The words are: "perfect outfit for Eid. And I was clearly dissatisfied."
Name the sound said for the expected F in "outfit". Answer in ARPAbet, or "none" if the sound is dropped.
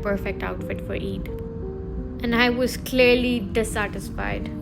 F